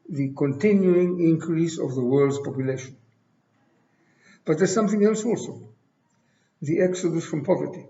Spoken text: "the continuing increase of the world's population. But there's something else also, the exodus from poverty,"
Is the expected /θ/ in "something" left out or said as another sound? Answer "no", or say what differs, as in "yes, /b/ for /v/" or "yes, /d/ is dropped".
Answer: no